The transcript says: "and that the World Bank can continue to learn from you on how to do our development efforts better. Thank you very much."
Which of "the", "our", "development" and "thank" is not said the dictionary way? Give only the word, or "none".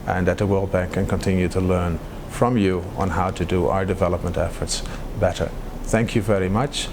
none